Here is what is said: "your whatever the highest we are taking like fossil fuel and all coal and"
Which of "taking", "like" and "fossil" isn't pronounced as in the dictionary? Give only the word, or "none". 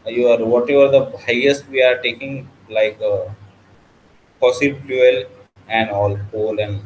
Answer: fossil